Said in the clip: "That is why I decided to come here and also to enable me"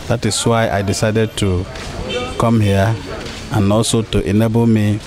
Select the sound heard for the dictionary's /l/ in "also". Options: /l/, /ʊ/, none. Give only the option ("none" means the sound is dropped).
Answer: none